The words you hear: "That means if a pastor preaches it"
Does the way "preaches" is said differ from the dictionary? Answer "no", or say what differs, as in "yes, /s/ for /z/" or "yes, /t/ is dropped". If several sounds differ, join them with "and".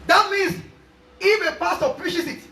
yes, /ʃ/ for /tʃ/